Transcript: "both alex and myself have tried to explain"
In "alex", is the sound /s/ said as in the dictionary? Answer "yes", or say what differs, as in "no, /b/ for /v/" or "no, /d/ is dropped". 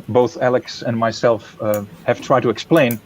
yes